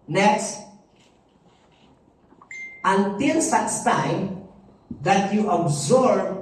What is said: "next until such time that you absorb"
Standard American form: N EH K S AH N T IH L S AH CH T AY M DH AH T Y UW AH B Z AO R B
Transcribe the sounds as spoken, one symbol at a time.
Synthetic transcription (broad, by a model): N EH K S AH N T IH L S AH S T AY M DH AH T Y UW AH B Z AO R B